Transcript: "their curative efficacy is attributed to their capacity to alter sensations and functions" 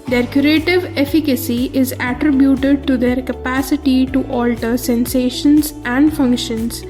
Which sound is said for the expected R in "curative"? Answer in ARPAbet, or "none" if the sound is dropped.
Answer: R